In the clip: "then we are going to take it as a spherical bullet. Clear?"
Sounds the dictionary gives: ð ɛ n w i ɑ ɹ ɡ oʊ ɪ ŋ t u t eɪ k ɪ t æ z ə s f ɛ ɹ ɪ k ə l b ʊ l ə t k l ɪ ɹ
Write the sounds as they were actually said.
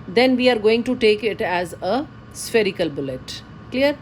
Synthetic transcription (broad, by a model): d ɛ n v i ɑ ɹ ɡ oʊ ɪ ŋ t u t eɪ k ɪ t æ z ə s f ɛ ɹ ɪ k ə l b ʊ l ə t k l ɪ ɹ